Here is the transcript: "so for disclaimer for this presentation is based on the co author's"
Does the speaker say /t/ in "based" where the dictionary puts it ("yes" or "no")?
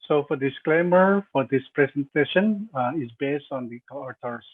yes